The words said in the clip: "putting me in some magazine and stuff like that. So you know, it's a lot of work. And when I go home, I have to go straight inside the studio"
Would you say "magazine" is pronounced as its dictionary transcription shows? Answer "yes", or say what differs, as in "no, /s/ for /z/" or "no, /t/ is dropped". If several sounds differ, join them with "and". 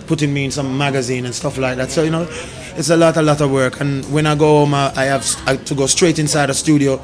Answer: yes